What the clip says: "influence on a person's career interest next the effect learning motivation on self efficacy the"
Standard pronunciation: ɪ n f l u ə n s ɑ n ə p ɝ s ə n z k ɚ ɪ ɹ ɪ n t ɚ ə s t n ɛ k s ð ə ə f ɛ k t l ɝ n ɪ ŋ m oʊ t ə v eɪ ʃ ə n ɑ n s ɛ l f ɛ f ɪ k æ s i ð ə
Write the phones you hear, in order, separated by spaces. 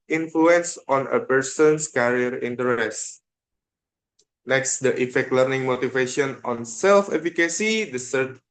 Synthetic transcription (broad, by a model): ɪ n f l u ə n s ɑ n ə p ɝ s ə n s k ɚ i ɹ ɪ n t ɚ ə s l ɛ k s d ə ə f ɛ k t l ɝ n ɪ ŋ m oʊ t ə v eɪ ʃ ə n ɑ n s ɛ l f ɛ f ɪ k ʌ s i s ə